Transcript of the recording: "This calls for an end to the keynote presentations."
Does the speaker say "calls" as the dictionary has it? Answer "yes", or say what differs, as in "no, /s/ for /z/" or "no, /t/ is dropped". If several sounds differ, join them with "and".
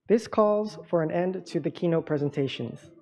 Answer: yes